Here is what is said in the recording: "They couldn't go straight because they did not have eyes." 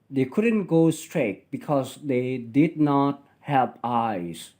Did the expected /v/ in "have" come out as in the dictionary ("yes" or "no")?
no